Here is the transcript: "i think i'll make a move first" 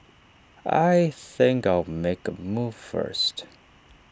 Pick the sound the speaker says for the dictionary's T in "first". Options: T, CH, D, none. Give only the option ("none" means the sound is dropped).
T